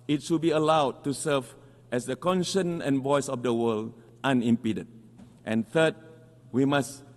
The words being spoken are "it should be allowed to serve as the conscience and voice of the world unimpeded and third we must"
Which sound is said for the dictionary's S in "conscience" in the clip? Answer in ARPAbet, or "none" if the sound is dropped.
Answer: none